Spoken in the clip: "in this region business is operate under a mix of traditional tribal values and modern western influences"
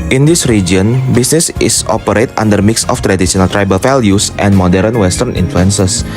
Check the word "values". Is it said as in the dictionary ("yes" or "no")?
no